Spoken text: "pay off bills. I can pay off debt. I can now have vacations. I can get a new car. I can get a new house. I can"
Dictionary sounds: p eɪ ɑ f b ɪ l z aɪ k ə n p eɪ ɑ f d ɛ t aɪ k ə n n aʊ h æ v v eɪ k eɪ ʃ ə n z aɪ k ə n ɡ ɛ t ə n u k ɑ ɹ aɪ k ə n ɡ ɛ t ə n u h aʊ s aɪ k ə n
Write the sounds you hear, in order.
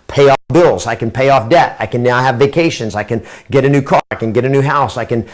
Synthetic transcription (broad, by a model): p eɪ ɑ f b ɪ l z aɪ k ə n p eɪ ɑ f d ɛ t aɪ k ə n n aʊ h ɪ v v eɪ k eɪ ʃ ə n z aɪ k ə n ɡ ɛ t ə n u k ɑ ɹ aɪ k ə n ɡ ɛ t ə n u h aʊ s aɪ k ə n